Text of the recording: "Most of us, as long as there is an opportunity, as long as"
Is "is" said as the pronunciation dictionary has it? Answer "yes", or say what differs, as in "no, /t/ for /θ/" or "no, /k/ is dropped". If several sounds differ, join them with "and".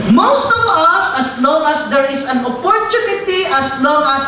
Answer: no, /s/ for /z/